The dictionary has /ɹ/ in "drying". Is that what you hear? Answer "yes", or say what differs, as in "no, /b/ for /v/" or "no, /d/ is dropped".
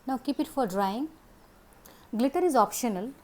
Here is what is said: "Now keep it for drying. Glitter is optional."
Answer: yes